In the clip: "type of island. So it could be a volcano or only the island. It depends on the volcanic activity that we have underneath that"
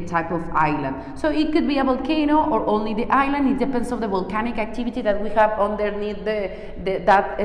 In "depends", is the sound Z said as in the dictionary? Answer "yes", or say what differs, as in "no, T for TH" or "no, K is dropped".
no, S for Z